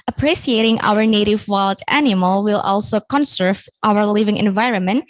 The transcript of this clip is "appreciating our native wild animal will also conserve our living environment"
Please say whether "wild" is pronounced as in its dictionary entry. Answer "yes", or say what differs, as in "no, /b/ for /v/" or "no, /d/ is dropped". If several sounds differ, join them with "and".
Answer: yes